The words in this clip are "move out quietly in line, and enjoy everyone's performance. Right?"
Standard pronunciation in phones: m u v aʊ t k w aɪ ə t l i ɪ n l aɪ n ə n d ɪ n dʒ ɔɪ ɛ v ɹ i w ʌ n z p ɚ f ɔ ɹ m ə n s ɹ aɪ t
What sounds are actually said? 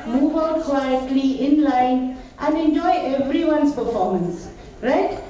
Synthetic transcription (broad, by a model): m u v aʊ k w aɪ ə t l i ɪ n l aɪ n ə n d ɪ n dʒ ɔɪ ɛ v ɹ i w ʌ n s p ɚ f ɔ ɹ m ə n s ɹ aɪ t